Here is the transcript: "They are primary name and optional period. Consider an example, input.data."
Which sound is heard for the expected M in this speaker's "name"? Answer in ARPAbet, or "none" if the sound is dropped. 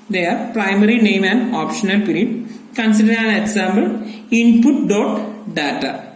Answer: M